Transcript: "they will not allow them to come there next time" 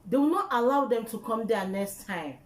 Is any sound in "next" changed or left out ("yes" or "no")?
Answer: no